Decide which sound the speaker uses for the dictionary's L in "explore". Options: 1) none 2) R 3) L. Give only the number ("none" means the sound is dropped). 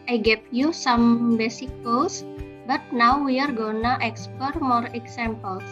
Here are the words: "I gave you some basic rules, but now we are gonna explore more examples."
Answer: 1